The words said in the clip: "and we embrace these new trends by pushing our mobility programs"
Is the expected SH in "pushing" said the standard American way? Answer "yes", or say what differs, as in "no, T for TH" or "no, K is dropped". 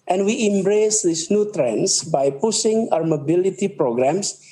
no, S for SH